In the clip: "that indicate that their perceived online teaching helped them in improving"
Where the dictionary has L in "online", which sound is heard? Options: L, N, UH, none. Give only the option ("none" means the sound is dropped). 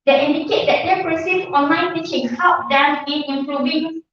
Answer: L